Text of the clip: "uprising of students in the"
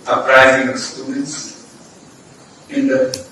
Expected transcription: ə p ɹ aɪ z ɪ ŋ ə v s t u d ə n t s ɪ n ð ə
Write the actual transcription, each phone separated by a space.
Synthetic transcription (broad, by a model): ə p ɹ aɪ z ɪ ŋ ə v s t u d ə t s ɪ n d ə